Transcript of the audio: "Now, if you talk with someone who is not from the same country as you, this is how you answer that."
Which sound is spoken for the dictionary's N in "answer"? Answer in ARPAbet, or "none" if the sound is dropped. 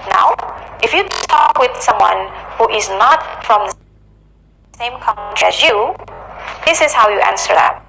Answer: N